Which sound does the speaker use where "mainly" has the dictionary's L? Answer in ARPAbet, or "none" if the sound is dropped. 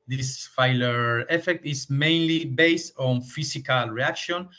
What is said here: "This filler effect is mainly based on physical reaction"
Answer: L